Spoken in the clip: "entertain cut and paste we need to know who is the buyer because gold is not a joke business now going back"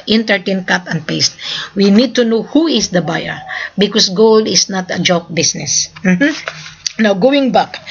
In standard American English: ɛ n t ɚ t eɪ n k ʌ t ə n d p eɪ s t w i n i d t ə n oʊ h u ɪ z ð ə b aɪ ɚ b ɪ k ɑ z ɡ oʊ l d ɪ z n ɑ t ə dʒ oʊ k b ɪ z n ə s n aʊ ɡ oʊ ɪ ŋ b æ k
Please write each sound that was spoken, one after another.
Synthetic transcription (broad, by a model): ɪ n t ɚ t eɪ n k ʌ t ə n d p eɪ s t w i n i d t ə n oʊ h u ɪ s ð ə b aɪ ɚ b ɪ k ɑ s ɡ oʊ l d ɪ s n ɑ t ə dʒ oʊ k b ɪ s n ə s n aʊ ɡ oʊ ɪ ŋ b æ k